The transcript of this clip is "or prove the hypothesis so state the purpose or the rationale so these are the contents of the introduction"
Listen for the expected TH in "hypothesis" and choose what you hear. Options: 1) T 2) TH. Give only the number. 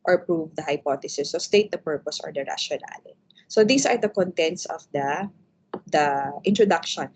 1